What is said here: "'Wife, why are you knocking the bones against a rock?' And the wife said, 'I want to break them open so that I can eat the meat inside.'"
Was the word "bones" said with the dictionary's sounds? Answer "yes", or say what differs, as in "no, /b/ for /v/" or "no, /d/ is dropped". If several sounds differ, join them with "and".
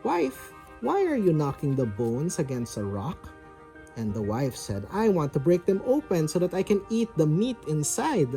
no, /s/ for /z/